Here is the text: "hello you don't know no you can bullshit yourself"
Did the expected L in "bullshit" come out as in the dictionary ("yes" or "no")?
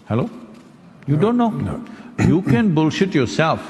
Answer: yes